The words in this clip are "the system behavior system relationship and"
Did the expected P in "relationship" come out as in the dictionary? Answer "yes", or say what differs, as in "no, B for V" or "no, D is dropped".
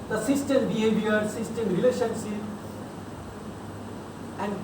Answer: no, P is dropped